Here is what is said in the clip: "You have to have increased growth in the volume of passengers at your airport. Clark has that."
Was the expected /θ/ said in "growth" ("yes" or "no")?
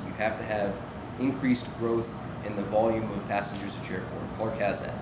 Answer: yes